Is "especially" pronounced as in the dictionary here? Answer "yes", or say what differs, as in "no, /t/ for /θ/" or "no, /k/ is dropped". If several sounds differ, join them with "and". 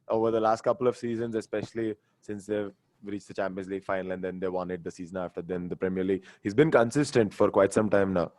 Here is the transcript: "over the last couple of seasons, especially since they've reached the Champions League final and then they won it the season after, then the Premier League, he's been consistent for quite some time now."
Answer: yes